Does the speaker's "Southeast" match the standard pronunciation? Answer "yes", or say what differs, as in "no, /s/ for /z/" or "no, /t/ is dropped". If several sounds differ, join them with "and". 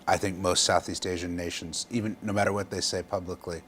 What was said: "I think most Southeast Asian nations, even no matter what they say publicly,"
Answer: yes